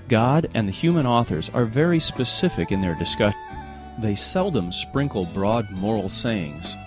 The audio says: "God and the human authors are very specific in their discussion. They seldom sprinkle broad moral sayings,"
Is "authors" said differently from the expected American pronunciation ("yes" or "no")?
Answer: no